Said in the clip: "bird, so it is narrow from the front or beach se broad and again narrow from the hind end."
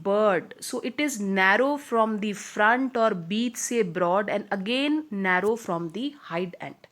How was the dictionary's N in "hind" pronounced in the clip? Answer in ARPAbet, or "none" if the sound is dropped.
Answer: none